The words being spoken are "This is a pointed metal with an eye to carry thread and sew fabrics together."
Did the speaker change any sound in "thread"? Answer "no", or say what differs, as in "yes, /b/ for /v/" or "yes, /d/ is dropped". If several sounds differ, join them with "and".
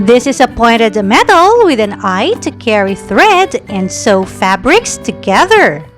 no